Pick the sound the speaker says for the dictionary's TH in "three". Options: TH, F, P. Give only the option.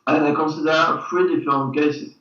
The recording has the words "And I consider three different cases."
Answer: F